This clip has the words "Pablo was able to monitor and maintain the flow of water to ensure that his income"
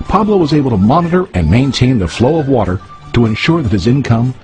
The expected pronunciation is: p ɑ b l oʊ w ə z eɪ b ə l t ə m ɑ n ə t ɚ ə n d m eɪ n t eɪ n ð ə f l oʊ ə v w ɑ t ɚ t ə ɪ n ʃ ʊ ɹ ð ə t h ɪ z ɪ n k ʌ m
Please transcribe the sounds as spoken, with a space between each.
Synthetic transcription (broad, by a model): p ɑ b l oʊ w ə z eɪ b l t ə m ɑ n ə t ɚ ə n m eɪ n t eɪ n ð ə f l oʊ ə v w ɑ t ɚ t ə ɪ n ʃ ʊ ɹ ð ə t h ɪ z ɪ n k ʌ m